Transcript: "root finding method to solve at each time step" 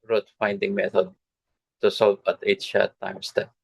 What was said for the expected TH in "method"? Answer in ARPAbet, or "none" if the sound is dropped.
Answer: T